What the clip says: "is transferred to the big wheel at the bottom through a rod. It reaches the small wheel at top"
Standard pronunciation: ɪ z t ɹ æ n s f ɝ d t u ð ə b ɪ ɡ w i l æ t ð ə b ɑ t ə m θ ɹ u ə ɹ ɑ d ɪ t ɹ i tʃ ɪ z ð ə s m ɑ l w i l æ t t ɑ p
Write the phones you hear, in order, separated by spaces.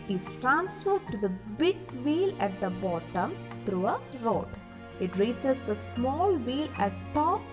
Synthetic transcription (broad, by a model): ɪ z t ɹ æ n s f ɝ d t u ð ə b ɪ ɡ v i l æ t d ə b ɑ t ə m t ɹ u ə ɹ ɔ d ɪ t ɹ i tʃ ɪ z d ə s m ɑ l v i l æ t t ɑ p